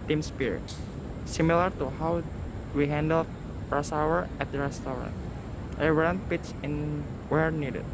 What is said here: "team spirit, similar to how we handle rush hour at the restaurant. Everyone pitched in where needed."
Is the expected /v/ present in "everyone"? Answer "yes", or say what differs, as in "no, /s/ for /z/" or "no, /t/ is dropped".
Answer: no, /v/ is dropped